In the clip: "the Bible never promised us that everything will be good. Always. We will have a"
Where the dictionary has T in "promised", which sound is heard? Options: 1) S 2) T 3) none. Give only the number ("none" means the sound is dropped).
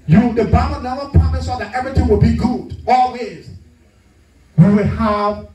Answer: 3